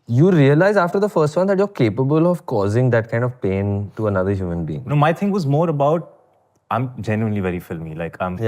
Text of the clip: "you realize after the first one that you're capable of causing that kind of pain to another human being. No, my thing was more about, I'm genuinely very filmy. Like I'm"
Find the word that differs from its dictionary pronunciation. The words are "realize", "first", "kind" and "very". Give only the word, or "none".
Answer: none